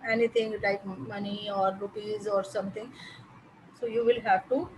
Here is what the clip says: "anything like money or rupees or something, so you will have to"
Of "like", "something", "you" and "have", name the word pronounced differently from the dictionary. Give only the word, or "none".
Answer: something